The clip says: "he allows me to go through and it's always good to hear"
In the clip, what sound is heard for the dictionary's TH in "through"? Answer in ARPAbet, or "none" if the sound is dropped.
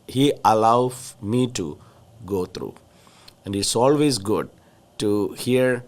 T